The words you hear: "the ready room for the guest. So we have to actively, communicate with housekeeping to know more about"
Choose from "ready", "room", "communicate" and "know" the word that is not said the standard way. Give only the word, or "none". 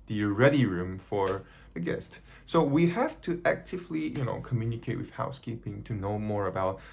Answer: none